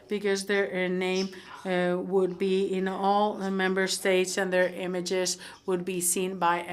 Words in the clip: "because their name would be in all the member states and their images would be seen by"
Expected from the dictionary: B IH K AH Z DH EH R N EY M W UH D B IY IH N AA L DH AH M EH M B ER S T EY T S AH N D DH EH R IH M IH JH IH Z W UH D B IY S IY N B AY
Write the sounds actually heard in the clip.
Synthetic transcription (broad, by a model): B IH K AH Z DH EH R N EY M W UH D B IY IH N AA L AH M EH M B ER S T EY T S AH N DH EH R IH M IH JH IH Z W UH D B IY S IY N B AY